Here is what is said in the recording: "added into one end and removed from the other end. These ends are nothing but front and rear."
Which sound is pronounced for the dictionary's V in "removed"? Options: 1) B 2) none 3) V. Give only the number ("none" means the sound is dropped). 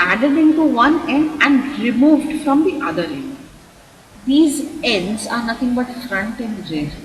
3